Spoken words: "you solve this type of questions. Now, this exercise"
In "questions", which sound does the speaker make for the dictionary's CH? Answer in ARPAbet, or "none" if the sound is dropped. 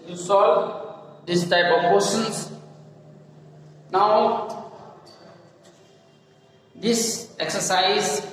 none